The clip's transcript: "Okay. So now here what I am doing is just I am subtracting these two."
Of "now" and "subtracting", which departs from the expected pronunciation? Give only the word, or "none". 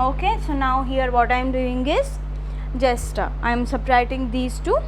subtracting